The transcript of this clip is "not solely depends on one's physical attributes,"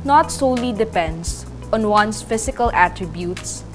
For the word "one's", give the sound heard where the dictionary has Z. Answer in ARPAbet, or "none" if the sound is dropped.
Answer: S